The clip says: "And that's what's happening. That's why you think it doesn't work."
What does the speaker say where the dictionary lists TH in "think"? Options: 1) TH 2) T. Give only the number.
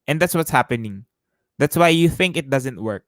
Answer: 1